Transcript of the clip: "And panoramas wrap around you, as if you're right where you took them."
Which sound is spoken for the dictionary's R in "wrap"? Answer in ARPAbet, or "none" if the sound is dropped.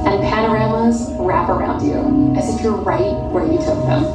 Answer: R